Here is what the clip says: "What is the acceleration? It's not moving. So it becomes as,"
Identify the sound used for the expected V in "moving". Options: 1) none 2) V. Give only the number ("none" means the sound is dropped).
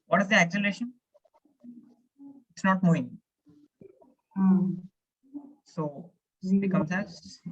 1